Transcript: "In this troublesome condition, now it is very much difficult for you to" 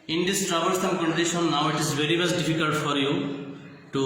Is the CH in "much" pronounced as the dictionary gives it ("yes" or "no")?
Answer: no